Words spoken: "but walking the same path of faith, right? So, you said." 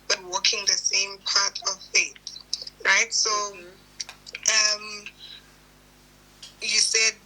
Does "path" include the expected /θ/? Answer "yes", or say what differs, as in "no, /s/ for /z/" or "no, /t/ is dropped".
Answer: no, /t/ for /θ/